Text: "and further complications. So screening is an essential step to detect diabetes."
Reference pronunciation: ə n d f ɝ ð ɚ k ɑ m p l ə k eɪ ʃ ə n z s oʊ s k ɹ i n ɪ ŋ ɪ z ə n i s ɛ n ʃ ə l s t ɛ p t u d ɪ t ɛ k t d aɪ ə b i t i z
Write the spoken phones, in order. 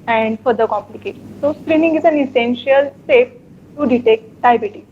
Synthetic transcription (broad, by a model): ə n d f ɝ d ɚ k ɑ m p l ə k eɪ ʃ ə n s oʊ s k ɹ i n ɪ ŋ ɪ z ə n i s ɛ n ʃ ə l s ɛ f t u d ɪ t ɛ k t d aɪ b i t i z